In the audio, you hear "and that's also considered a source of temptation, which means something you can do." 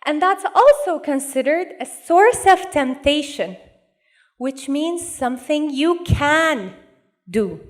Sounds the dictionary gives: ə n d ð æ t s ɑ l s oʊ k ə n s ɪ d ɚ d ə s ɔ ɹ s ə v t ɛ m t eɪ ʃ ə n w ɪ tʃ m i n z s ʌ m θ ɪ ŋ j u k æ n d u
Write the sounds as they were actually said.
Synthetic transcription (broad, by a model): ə n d ð æ t s ɑ l s oʊ k ə n s ɪ d ɚ d ə s ɔ ɹ s ə v t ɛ m t eɪ ʃ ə n w ɪ tʃ m i n z s ʌ m θ ɪ ŋ j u k æ n d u